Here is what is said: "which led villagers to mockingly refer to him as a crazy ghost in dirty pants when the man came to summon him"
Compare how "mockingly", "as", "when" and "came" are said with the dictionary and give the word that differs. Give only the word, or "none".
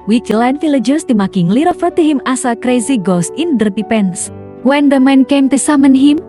as